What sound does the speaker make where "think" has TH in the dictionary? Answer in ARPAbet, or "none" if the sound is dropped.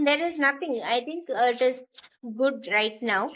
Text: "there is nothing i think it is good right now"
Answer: T